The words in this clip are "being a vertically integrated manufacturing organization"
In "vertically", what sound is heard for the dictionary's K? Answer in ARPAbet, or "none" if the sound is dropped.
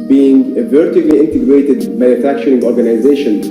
none